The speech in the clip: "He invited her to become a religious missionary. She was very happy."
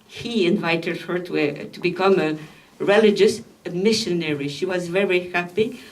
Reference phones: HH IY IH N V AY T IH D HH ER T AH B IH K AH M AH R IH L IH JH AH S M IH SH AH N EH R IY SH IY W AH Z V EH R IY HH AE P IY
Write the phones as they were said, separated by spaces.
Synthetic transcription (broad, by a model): HH IY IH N V AY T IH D HH ER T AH B IH K AH M AH R IH L IH JH AH S M IH SH AH N EH R IY SH IY W AH Z V EH R IY HH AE P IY